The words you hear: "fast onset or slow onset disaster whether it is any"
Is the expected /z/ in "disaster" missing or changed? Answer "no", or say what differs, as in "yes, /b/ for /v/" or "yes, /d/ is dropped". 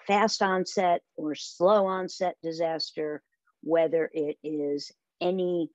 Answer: no